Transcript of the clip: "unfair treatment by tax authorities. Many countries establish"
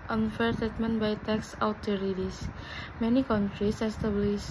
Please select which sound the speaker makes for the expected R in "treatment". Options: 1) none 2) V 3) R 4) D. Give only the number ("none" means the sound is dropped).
1